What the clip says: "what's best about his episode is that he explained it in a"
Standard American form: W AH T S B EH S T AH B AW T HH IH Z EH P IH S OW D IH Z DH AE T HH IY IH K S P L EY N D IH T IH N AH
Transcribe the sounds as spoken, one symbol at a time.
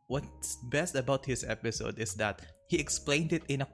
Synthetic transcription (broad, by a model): W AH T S B EH S T AH B AW T HH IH S EH P IH S OW D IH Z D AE T HH IY IH K S P L EY N D IH T IH N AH